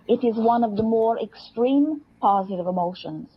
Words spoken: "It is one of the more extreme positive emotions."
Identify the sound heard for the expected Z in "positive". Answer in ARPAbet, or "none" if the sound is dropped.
Z